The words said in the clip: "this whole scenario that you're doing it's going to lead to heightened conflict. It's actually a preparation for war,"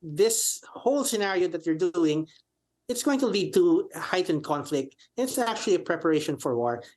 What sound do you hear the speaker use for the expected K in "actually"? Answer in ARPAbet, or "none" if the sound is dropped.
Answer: K